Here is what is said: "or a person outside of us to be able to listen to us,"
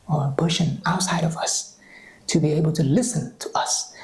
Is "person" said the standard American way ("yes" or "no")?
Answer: no